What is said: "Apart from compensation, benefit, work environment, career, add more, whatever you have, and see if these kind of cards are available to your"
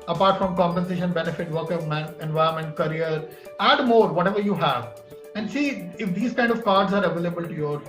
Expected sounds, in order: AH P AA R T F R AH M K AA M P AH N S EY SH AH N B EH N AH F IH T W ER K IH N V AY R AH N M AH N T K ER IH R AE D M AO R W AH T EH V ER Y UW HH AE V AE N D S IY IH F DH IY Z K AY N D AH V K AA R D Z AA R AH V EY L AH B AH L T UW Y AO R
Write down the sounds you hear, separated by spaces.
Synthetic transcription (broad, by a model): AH P AA R T F R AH M K AA M P AH N S EY SH AH N B EH N AH F IH T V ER K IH N V AY AH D M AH N T K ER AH R AE D M AO R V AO T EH V ER Y UW HH AE V AE N D S IY IH F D IY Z K AY N D AH V K AA R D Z AA R AH V EY L AH B AH L T UW Y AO R